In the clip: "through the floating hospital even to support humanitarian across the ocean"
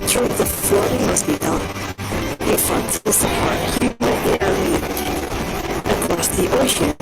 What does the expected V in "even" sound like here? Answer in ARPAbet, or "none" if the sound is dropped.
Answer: F